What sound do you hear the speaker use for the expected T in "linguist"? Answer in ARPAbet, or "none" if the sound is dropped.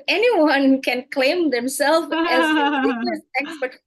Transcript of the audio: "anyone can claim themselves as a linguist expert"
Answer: none